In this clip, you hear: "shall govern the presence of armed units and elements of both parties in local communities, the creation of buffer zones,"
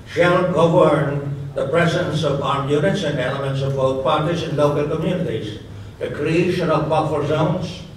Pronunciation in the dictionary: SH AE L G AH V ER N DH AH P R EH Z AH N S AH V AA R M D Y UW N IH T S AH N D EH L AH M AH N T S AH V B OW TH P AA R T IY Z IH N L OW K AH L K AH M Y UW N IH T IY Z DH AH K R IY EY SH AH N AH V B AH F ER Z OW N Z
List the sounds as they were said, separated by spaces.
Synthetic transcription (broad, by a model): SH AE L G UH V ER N DH AH P R EH Z AH N S AH V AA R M Y UW N IH T S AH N EH L AH M AH N T S AH V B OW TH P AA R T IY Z IH N L OW K AH L K AH M Y UW N IH T IY Z DH AH K R IY EY SH AH N AH V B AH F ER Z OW N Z